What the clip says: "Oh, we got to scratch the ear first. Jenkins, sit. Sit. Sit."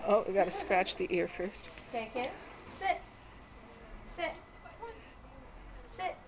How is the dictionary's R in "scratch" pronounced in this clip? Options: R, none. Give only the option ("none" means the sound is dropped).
R